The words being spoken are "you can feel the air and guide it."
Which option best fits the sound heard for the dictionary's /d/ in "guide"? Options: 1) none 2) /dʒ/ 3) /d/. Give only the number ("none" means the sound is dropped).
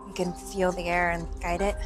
3